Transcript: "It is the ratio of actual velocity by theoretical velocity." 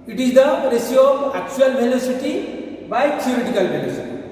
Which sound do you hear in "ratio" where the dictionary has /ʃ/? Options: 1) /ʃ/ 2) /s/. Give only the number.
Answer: 2